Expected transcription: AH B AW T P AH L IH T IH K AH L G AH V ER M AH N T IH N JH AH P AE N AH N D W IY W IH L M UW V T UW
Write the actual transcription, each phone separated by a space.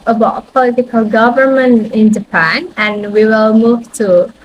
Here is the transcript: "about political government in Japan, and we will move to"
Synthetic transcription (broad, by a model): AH B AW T P AH L IH T IH K AH L G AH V ER M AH N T IH N JH AH P AE N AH N W IY W IH L M UW V T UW